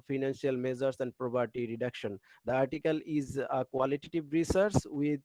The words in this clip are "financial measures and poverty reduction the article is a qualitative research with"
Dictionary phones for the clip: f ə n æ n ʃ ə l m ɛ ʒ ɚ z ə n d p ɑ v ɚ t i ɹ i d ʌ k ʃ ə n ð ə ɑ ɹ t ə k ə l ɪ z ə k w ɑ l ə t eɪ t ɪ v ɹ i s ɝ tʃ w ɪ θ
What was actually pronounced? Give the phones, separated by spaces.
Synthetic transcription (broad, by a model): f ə n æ n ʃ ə l m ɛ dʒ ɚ s ə n d p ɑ p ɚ t i ɹ i d ʌ k ʃ ə n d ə ɑ ɹ t ə k ə l ɪ z ə k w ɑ l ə t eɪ t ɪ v ɹ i s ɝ s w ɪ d